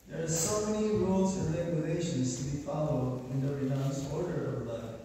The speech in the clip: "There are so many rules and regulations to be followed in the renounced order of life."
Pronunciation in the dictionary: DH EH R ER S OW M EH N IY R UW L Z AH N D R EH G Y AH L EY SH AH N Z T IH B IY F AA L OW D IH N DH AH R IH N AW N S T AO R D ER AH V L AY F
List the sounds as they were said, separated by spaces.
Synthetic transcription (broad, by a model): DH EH R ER S OW M EH N IY R UW L Z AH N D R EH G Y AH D EY SH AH N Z T IH B IY F AA L OW D IH N DH AH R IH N AW N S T AO R D ER AH V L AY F